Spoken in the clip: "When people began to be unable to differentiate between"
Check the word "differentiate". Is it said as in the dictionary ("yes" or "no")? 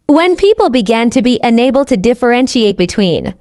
yes